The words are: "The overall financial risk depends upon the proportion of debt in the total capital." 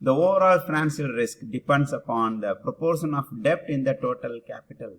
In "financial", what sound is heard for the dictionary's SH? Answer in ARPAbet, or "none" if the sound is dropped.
S